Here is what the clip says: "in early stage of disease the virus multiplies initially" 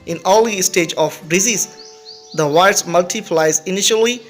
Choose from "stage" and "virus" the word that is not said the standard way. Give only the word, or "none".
virus